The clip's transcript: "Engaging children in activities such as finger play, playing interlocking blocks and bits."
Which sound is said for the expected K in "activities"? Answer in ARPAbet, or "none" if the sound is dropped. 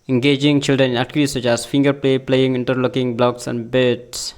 none